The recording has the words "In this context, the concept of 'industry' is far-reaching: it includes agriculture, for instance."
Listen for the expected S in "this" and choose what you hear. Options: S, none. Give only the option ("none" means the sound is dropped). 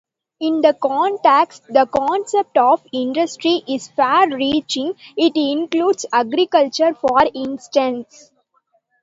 none